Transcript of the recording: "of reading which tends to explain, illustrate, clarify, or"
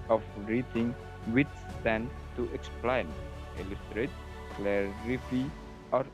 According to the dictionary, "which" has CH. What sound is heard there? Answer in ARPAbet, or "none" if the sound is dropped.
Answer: S